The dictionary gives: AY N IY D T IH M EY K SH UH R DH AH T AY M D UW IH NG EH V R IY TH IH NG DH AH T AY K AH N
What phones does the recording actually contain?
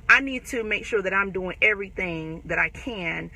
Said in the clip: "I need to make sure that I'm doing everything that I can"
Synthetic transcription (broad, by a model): AY N IY D T IH M EY K SH UH R DH AH T AY M D UW IH NG EH V R IY TH IH NG DH AH T AY K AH N